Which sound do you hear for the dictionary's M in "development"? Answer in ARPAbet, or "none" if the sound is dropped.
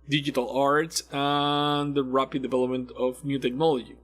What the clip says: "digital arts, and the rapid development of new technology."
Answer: M